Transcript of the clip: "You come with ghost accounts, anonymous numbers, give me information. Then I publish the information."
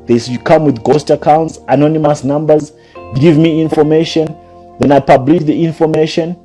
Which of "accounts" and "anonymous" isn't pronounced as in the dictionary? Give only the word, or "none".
none